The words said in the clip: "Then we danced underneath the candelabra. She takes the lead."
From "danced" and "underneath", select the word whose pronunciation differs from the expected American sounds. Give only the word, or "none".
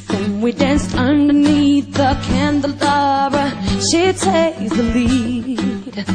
none